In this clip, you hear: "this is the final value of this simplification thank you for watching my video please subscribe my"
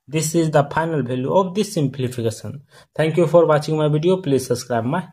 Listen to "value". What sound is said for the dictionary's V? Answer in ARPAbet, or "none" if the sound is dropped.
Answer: B